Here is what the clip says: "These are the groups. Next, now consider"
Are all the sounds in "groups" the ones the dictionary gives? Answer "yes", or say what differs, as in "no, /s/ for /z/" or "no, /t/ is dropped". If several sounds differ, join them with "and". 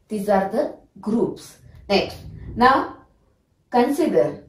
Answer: yes